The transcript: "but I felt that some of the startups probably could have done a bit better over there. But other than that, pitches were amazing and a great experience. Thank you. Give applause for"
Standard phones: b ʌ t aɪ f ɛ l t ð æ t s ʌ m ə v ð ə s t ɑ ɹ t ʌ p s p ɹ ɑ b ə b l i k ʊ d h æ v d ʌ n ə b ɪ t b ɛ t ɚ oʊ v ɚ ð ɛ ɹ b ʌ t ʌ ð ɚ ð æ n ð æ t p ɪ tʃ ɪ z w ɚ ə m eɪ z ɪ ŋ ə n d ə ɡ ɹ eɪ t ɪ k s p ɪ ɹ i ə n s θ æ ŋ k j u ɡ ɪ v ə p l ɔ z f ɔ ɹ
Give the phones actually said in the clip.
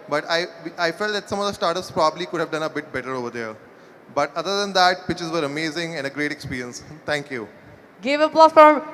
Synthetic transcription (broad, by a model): b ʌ t aɪ f ɛ l t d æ t s ʌ m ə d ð ə s t ɑ ɹ t ʌ p s p ɹ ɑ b ə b l i k ʊ d h æ v d ʌ n ə b ɪ t b ɛ t ɚ oʊ v ɚ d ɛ ɹ b ʌ t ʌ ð ɚ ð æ n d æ t p ɪ tʃ ɪ z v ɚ ə m eɪ z ɪ ŋ ə n d ə ɡ ɹ eɪ t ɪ k s p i ɹ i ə n s t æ ŋ k j u ɡ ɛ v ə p l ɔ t f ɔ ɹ